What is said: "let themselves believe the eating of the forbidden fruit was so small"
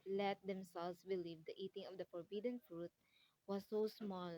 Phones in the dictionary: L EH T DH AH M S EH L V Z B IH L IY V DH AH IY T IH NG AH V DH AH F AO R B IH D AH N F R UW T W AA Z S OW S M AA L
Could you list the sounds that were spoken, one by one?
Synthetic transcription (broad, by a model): L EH T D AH M S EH L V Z B IH L IY V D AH IY T IH NG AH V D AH F AO R B IH D AH N F R UW T W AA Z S OW S M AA L